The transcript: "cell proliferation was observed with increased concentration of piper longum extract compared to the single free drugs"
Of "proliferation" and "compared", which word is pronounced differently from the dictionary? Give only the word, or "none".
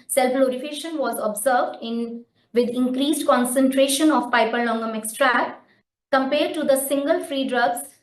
proliferation